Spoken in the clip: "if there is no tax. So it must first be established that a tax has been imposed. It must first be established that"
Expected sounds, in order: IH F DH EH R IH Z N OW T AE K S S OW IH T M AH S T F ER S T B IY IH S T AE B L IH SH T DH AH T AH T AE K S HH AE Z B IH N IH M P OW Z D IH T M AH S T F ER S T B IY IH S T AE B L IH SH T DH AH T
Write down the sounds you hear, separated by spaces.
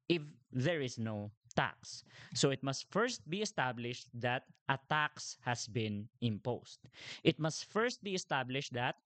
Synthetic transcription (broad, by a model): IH F DH EH R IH S N OW T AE K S S OW IH T M AH S T F ER S T B IY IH S T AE B L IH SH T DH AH T AH T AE K S HH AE S B IH N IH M P OW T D IH T M AH S T F ER S T B IY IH S T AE B L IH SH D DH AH T